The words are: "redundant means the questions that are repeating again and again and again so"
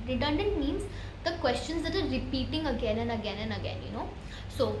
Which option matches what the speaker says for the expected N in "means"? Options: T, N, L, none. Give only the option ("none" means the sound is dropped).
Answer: N